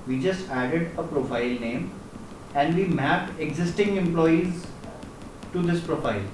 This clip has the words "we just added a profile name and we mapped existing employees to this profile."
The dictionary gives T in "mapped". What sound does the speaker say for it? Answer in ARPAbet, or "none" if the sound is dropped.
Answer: none